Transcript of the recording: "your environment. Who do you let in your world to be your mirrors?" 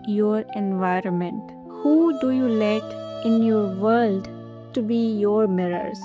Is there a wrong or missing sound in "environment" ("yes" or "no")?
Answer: no